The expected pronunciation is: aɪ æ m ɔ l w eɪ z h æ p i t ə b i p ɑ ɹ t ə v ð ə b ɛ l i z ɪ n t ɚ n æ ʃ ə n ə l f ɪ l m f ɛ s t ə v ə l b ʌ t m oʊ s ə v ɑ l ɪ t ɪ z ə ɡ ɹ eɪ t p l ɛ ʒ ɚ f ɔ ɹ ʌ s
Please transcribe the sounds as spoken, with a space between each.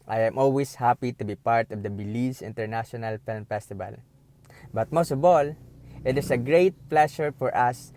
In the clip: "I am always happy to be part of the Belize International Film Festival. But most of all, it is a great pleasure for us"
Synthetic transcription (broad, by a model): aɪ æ m ɔ l w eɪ s h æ p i t ə b i p ɑ ɹ t ə v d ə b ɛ l i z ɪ n t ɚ n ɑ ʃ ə n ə l f ɪ l m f ɛ s t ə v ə l b ʌ t m oʊ s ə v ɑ l ɪ t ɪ s ə ɡ ɹ eɪ t p l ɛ ʃ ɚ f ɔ ɹ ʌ s